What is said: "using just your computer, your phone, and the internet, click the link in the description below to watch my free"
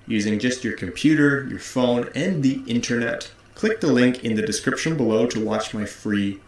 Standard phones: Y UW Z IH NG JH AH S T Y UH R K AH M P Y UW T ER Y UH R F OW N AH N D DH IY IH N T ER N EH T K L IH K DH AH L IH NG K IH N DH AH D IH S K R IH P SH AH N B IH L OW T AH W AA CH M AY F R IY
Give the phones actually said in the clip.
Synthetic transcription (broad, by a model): Y UW Z IH NG JH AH S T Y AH R K AH M P Y UW T ER Y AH R F OW N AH N DH IY IH N T ER N EH T K L IH K DH AH L IH NG K IH N DH AH D IH S K R IH P SH AH N B IH L OW T AH W AA CH M AY F R IY